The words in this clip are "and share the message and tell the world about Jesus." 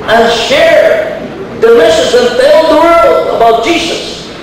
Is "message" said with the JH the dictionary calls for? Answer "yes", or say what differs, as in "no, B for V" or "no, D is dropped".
no, Z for JH